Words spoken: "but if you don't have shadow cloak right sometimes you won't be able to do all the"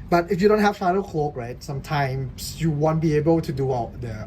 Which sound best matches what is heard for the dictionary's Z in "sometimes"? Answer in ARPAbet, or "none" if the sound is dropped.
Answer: S